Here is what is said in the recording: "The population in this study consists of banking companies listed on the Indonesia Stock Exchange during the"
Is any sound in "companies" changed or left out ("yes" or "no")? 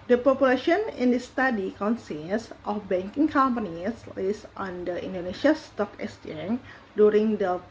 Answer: yes